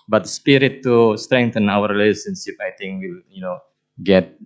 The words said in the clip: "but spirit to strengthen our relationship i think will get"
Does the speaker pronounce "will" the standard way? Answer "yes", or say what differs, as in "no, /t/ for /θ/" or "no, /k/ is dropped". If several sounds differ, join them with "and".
no, /n/ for /l/